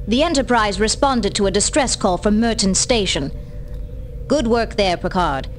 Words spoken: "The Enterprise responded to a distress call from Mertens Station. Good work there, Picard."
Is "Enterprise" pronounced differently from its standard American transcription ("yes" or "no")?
no